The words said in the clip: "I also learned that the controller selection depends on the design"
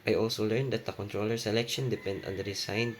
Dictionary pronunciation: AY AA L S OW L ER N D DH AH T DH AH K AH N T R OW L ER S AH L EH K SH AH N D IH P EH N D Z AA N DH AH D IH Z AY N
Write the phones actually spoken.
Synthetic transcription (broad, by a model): AY AA L S OW L ER N D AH T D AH K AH N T R OW L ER S AH L EH K SH AH N D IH P EH N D AA N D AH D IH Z AY N